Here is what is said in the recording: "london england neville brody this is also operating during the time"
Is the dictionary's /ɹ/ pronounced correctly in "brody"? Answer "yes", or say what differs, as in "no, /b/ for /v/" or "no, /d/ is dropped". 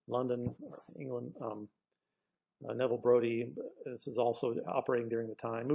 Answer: yes